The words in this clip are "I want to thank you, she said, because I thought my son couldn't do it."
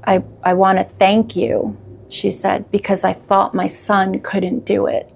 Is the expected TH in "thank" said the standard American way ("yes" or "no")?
yes